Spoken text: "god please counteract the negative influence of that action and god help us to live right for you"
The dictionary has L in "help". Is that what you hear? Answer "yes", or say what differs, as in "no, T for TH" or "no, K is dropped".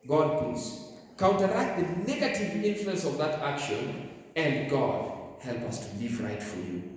yes